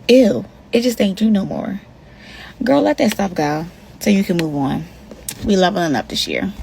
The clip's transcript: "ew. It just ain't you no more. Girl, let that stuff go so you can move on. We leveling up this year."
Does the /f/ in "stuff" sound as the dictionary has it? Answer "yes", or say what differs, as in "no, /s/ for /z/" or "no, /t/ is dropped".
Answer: no, /p/ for /f/